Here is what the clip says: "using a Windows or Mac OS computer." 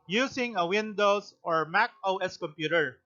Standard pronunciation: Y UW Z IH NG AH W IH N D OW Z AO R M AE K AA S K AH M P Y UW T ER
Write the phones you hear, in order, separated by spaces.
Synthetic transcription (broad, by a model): Y UW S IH NG AH W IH N D OW S AO R M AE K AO S K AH M P Y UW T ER